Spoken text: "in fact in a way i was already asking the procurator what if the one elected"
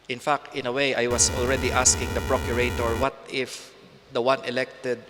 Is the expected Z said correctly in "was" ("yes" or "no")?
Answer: no